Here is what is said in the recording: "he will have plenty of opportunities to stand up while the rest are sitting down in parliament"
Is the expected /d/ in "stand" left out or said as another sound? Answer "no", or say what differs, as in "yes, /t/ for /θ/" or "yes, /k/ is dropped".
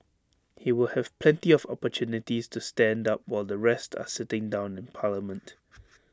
no